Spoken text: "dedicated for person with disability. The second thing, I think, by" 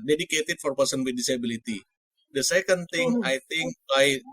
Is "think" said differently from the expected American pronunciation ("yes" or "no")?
yes